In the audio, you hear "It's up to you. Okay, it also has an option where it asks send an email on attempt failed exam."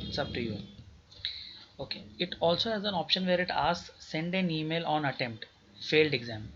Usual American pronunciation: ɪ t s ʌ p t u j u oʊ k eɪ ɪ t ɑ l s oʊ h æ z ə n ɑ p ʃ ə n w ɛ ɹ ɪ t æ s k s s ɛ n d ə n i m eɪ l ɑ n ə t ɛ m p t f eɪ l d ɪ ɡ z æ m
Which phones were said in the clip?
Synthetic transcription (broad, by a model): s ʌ b t u j u oʊ k eɪ ɪ t ɑ l s oʊ h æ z ə n ɑ p ʃ ə n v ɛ ɹ ɪ t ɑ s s s ɛ n d ə n i m eɪ l ɑ n ə t ɛ m p t f eɪ l d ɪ ɡ z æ m